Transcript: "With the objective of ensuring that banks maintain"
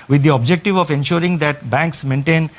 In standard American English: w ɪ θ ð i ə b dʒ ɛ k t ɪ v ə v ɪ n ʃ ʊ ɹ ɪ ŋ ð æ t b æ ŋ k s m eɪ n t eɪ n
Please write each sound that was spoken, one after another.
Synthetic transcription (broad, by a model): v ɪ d i ə b dʒ ɛ k t ɪ v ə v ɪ n ʃ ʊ ɹ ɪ ŋ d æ t b æ ŋ k s m eɪ n t eɪ n